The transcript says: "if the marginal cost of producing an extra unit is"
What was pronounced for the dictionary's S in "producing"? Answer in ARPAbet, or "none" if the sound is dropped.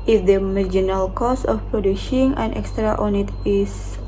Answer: SH